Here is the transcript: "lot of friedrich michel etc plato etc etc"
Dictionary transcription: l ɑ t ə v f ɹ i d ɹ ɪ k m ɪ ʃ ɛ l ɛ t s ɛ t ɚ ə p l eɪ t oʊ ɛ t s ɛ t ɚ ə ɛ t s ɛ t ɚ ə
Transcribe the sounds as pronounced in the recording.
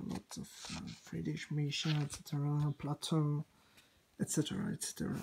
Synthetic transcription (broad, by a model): l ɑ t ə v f ɹ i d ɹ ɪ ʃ m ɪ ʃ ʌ n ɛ t s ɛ t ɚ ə p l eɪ t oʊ ɛ t s ɛ t ɚ ə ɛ t s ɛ t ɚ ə